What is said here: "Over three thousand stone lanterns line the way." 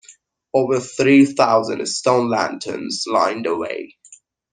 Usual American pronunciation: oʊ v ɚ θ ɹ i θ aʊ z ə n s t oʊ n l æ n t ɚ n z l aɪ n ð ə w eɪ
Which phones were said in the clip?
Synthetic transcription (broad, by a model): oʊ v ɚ θ ɹ i θ aʊ z ə n s t oʊ n l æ n t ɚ n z l aɪ n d ə w eɪ